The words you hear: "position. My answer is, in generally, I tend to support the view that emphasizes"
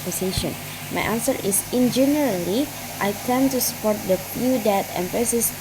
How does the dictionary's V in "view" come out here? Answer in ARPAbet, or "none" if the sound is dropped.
F